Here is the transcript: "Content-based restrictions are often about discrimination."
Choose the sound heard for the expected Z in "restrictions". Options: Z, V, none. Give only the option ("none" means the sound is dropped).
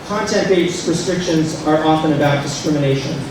Z